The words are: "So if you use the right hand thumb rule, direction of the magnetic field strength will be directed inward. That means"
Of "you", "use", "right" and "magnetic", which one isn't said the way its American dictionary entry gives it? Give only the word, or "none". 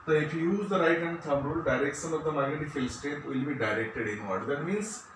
magnetic